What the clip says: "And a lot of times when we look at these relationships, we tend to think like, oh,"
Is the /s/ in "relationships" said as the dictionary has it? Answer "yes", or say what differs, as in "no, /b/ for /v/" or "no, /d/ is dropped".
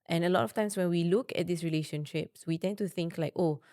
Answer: yes